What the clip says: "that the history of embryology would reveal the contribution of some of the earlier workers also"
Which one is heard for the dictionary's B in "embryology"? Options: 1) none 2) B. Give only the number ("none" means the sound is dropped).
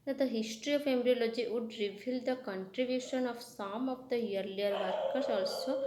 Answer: 1